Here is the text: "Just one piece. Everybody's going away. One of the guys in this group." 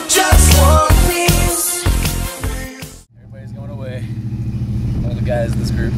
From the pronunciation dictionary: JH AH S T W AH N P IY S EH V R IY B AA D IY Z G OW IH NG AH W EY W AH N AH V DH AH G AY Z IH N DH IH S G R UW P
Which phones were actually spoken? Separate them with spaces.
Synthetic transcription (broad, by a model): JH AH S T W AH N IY EH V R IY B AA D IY Z G OW IH NG AH W EY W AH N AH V DH AH G AY Z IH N DH IH S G R UW P